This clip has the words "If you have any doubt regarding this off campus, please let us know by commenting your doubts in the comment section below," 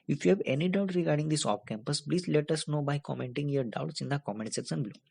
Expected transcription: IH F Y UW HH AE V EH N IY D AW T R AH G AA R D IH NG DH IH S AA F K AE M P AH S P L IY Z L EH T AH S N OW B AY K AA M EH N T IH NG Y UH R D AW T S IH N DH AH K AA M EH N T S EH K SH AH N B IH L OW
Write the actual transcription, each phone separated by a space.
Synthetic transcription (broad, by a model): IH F Y UW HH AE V EH N IY D AW T R AH G AA R D IH NG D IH S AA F K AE M P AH S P L IY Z L EH T AH S N OW B AY K AA M EH N T IH NG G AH R D AW T S IH N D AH K AA M EH N T S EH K S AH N B L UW